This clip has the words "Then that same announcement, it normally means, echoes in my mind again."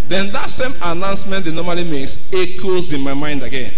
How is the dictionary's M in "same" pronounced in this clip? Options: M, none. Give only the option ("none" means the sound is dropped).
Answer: M